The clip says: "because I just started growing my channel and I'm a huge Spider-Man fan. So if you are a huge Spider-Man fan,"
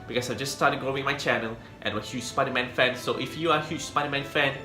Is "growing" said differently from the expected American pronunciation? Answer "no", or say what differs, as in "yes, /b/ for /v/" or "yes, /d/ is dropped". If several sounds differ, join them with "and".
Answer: yes, /ɹ/ is dropped